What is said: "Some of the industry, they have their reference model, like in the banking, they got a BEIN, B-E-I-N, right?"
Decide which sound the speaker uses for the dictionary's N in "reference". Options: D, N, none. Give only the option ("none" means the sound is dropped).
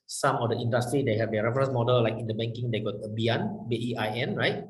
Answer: none